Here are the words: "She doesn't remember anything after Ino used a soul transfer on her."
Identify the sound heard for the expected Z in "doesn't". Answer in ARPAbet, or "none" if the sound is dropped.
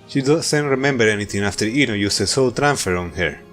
S